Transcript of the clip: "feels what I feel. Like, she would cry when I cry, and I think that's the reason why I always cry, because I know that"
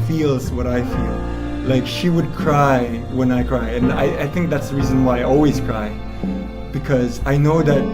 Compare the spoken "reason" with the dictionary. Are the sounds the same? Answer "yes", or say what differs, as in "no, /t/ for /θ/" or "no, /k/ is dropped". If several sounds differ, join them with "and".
yes